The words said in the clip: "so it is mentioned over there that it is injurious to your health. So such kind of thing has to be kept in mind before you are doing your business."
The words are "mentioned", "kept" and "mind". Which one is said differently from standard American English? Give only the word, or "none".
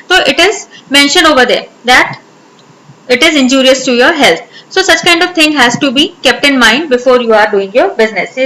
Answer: mentioned